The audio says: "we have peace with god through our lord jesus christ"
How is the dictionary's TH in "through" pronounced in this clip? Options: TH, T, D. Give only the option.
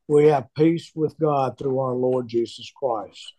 TH